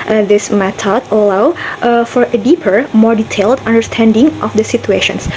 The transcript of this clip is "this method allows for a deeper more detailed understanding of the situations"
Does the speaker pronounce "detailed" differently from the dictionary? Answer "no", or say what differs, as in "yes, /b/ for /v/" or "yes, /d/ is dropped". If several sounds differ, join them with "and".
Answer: no